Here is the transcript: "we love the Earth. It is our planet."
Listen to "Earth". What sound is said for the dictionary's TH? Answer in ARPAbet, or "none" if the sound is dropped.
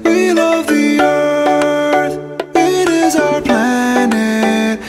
TH